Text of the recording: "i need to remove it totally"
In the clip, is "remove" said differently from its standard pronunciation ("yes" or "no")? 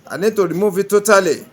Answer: yes